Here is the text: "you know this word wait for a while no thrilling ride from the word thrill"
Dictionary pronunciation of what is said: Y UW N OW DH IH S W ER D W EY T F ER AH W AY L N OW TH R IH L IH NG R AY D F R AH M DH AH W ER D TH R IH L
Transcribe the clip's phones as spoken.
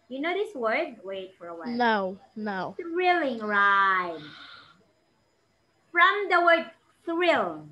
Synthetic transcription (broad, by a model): Y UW N OW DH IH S W ER D W EY T F ER AH W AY N N OW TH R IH L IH NG R AY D F R AH M DH AH W ER D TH R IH L